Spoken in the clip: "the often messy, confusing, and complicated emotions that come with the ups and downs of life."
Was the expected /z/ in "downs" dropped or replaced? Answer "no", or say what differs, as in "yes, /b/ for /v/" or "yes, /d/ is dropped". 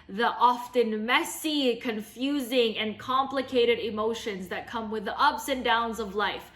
no